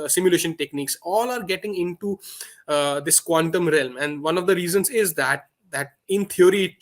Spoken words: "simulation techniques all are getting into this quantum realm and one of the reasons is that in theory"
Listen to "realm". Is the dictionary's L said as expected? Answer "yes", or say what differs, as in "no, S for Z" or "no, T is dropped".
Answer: yes